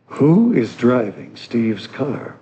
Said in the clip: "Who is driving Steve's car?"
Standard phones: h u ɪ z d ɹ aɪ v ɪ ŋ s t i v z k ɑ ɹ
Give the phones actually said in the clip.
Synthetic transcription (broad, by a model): h u ɪ z d ɹ aɪ v ɪ ŋ s t i v z k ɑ ɹ